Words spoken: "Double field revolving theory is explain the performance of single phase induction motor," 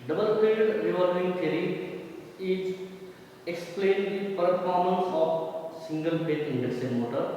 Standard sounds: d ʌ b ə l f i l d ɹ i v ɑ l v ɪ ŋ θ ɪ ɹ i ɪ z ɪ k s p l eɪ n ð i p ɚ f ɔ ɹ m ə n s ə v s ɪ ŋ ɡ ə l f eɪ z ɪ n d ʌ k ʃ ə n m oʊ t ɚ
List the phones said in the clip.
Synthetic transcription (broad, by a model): d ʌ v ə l p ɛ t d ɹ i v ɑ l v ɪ ŋ t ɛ ɹ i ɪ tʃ ɪ k s p l eɪ n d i p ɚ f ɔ ɹ m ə n s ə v s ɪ ŋ ɡ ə l p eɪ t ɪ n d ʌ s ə m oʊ t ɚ